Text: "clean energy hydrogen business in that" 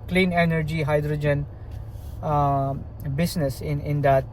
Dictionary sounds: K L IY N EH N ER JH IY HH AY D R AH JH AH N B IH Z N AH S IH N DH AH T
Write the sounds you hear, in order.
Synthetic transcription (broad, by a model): K L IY N EH N ER JH IY HH AY D R AH JH AH N B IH S N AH S IH N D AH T